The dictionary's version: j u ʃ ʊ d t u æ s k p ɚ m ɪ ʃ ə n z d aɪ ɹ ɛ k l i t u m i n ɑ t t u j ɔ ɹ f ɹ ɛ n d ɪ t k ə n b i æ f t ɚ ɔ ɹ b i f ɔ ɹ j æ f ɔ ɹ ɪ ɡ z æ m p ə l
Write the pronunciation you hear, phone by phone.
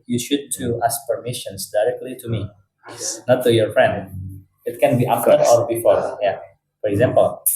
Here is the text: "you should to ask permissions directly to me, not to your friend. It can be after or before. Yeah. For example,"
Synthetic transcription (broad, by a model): j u ʃ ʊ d t u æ s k p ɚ m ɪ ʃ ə n s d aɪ ɹ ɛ k l i t u m i n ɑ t t u j ɔ ɹ f ɹ ɛ n d ɪ t k ə n b i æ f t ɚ ɔ ɹ b i f ɔ ɹ j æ f ɔ ɹ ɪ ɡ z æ m p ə l